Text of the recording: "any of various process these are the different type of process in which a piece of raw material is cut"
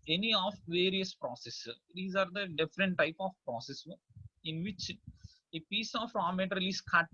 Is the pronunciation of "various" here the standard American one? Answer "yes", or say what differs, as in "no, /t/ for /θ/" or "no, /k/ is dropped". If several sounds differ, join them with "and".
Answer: yes